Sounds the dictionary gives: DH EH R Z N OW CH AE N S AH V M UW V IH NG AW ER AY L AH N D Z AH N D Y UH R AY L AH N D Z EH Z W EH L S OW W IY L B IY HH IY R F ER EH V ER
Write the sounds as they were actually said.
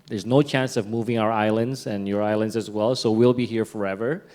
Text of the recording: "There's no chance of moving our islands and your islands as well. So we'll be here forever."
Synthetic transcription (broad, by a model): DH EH R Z N OW CH AE N S AH V M UW V IH NG AW ER AY L AH N D Z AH N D Y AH R AY L AH N D Z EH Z W EH L S OW W IY L B IY HH IY R F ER EH V ER